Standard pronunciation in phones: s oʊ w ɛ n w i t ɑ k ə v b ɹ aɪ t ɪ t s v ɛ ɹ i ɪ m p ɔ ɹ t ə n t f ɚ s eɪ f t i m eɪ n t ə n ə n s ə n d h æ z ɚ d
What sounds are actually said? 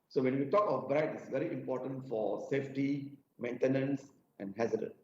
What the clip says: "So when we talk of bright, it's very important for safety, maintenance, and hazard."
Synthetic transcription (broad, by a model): s oʊ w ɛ n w i t ɑ k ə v b ɹ aɪ t ɪ t s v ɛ ɹ i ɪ m p ɔ t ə n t f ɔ s eɪ f t i m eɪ n t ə n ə n s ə n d h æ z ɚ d